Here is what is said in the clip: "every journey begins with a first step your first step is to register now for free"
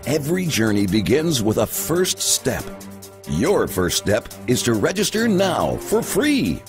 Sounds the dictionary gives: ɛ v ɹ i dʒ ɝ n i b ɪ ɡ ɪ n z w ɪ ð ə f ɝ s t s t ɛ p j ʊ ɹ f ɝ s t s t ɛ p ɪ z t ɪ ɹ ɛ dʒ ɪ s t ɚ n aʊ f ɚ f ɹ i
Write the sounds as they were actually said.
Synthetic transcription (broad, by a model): ɛ v ɹ i dʒ ɝ n i b ɪ ɡ ɪ n z w ɪ ð ə f ɝ s t s t ɛ p j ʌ ɹ f ɝ s t s t ɛ p ɪ z t ɪ ɹ ɛ dʒ ɪ s t ɚ n aʊ f ɚ f ɹ i